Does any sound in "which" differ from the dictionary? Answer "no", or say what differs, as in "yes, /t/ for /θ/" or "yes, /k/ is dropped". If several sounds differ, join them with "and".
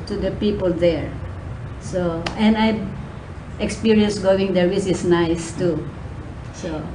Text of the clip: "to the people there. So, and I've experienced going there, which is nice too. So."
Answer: yes, /s/ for /tʃ/